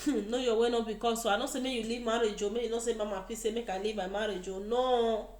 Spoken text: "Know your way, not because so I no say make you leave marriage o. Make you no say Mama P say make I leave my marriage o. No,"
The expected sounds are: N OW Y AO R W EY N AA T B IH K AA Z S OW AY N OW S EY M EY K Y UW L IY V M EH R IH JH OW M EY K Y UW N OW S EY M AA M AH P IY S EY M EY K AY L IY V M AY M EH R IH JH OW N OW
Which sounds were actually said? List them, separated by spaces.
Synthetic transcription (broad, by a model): N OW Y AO W EY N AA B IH K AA S OW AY N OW S EY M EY Y UW L IY V M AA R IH JH OW M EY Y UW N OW S EY M AA M AH F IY S EY M EY K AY L IY V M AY M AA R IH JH OW N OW